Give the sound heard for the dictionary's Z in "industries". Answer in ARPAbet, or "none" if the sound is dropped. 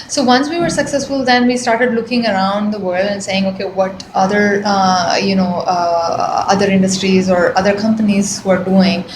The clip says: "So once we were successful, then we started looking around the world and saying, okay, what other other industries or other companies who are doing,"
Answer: Z